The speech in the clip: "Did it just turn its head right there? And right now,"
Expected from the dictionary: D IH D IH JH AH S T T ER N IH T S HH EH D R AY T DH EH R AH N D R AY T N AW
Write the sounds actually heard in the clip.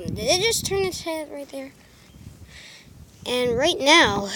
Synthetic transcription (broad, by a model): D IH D IH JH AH S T T ER N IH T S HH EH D R AY T DH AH R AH N R AY T N AW